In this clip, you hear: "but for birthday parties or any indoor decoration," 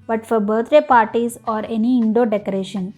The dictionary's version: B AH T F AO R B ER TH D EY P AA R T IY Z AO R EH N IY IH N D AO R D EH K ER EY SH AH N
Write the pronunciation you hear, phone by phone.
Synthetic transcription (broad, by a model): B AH T F AO R B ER T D EY P AA R T IY Z AO R EH N IY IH N D AO D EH K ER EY SH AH N